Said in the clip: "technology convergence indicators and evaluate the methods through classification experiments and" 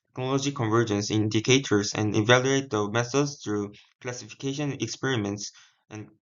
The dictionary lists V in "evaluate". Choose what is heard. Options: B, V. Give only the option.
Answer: V